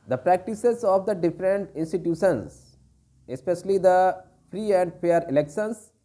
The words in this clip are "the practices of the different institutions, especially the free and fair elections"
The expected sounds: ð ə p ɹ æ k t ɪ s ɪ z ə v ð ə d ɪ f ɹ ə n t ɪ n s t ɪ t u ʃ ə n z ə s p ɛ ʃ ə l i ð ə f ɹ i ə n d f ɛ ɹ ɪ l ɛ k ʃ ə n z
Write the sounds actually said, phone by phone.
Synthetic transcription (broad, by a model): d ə p ɹ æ k t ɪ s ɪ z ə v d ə d ɪ f ɹ ə n t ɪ n s t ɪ t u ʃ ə n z ə s p ɛ ʃ ə l i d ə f ɹ i ə n d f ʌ ɹ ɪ l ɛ k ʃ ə n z